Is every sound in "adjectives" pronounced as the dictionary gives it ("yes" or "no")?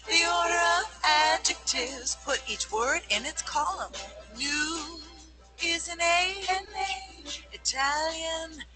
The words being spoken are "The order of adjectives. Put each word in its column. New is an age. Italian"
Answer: yes